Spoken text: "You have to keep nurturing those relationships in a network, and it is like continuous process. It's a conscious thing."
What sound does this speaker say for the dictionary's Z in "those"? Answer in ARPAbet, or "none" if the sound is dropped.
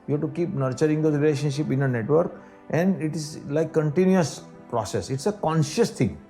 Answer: none